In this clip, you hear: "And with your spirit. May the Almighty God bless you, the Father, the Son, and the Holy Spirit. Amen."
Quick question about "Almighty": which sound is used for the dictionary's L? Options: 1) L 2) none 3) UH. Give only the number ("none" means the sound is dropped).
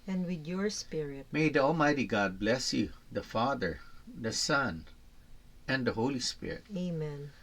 1